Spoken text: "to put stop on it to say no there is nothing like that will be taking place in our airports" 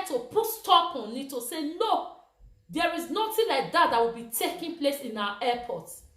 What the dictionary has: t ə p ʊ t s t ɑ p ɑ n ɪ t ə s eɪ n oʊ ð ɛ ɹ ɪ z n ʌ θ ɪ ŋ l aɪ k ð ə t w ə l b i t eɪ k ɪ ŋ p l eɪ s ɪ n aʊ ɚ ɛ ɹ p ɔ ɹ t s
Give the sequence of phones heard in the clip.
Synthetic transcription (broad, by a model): t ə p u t s t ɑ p ɑ n ɪ t ə s eɪ n oʊ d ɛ ɹ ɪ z n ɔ t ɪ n l aɪ k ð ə t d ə w b i t eɪ k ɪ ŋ p l eɪ s ɪ n aʊ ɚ ɛ p ɔ t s